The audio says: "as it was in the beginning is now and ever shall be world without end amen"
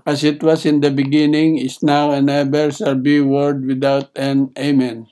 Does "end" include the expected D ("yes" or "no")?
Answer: no